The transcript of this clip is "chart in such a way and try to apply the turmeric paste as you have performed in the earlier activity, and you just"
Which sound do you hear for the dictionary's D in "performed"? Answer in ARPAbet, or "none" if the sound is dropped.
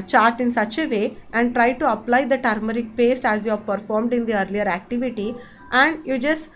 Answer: D